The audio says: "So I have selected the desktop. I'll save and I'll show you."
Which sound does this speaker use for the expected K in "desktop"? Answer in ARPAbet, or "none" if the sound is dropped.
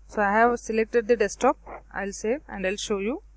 none